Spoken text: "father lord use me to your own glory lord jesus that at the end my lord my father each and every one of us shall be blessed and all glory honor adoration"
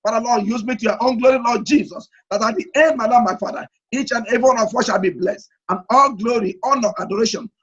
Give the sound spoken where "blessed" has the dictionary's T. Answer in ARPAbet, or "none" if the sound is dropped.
T